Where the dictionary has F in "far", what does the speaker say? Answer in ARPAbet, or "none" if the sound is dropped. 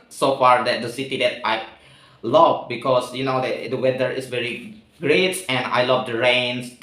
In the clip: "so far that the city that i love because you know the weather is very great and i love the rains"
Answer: F